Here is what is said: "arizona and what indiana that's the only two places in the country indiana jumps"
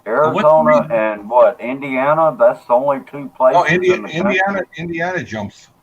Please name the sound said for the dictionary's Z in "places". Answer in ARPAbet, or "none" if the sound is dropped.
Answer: none